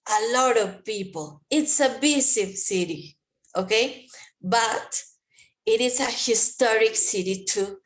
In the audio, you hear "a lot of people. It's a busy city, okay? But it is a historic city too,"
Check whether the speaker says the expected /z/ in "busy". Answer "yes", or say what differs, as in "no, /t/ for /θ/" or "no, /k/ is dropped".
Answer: no, /s/ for /z/